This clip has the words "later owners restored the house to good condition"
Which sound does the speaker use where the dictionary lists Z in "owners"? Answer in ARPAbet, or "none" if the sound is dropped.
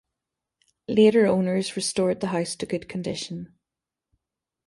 Z